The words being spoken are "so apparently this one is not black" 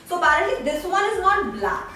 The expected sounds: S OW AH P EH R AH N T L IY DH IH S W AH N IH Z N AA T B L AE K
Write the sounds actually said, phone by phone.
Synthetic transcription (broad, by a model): S OW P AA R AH T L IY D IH S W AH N IH Z N AA T B L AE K